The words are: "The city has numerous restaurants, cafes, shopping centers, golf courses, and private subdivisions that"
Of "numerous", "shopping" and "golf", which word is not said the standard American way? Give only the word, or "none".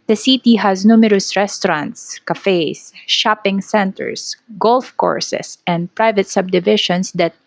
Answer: none